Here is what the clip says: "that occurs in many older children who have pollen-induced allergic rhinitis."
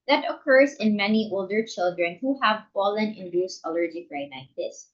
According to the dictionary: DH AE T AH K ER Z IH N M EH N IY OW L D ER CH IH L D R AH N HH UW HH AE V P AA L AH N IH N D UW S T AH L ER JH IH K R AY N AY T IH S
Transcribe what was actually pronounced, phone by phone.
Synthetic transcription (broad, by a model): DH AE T AH K ER Z IH N M EH N IY OW L D ER CH IH L D R AH N HH UW HH AE V F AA L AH N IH N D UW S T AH L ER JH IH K R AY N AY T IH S